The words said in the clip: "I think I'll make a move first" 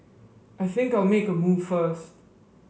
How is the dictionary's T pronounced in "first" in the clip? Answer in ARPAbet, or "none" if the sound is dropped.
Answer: T